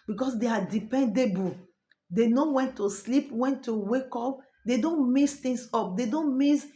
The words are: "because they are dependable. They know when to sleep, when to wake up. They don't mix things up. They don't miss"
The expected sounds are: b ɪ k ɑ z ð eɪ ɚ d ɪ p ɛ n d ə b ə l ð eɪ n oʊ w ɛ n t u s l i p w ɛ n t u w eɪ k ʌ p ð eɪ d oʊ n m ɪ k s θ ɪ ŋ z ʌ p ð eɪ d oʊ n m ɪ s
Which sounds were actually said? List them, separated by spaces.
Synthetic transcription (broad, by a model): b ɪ k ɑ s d eɪ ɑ d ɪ p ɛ n d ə b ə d eɪ n oʊ w ɛ n t u s l i p w ɛ n t u w eɪ k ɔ p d eɪ d oʊ n m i s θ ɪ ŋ s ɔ p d eɪ d oʊ n m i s